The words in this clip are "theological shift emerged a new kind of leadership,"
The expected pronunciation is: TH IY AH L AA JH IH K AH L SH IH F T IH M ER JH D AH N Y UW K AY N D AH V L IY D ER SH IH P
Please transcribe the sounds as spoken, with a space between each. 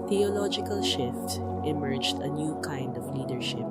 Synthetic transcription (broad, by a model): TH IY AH L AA JH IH K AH L SH IH F T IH M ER JH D AH N Y UW K AY N D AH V L IY D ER SH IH P